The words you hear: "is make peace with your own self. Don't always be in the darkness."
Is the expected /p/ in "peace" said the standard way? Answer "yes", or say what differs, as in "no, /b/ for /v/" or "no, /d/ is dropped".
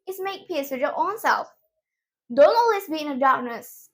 yes